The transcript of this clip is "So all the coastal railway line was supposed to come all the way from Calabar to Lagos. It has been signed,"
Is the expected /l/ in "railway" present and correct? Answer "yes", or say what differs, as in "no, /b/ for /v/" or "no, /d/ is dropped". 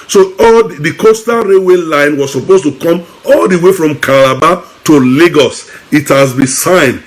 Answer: no, /l/ is dropped